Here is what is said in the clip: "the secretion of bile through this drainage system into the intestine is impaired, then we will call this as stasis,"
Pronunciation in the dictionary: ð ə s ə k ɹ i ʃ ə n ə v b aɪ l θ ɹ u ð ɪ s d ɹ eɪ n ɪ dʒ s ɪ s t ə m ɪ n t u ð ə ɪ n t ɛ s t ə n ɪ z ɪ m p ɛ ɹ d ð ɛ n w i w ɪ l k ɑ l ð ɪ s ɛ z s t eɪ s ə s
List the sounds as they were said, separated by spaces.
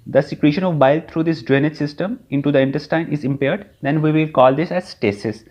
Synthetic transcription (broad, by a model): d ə s ə k ɹ i ʃ ə n ə v b aɪ l t ɹ u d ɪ s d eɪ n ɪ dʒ s ɪ s t ə m ɪ n t u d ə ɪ n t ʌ s t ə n ɪ z ɪ m p ɛ ɹ d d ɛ n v i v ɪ l k ɑ l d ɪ s ɛ z s t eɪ s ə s